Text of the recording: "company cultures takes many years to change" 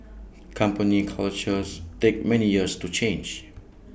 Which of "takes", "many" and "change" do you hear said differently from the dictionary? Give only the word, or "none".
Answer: takes